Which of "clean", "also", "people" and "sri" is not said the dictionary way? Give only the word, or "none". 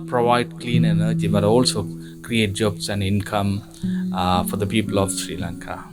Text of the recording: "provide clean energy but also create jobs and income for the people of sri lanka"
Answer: none